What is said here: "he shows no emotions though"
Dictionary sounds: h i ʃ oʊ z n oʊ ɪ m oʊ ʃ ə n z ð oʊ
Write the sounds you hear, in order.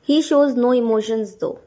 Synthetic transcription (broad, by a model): h i ʃ oʊ z n oʊ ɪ m oʊ ʃ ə n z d oʊ